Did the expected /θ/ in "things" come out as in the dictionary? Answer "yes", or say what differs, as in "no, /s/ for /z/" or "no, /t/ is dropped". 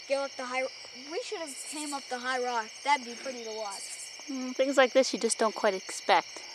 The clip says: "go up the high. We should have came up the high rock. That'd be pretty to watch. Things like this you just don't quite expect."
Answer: yes